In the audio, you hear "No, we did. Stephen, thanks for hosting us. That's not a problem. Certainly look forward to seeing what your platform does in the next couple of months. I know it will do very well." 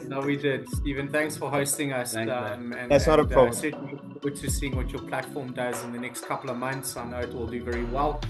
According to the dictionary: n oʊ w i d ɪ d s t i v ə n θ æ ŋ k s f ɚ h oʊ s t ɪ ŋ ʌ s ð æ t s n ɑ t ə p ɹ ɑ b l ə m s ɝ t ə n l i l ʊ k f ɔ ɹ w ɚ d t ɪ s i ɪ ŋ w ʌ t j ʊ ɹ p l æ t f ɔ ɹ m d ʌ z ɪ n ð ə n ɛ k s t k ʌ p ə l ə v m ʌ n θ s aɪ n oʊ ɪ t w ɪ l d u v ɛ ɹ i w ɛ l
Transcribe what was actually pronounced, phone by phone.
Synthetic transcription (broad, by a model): n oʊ w i d ɪ d i v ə n θ æ ŋ k s f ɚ h oʊ s t ɪ ŋ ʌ s ð æ t s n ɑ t ə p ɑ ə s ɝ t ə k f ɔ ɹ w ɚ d t ɪ s i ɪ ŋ w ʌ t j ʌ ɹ p l æ t f ɔ ɹ m d ʌ z ɪ n ð ə n ɛ k s t k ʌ p l ə v m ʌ n θ s aɪ n oʊ ɪ t w ɪ l d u v ɛ ɹ i w ɛ l